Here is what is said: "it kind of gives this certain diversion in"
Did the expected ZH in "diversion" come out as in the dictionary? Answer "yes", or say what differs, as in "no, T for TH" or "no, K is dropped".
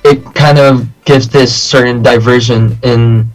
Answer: yes